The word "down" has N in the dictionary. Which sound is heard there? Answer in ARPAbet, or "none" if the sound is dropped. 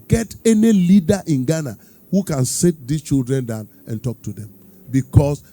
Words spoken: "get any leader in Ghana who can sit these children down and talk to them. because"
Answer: N